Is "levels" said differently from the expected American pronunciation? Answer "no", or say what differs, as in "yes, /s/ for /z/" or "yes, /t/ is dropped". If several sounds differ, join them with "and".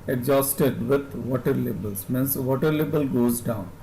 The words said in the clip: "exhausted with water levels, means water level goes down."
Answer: yes, /b/ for /v/